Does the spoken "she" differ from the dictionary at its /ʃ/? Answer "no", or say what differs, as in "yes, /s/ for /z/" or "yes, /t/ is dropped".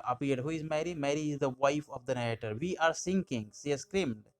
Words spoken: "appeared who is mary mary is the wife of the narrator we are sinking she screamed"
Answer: yes, /s/ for /ʃ/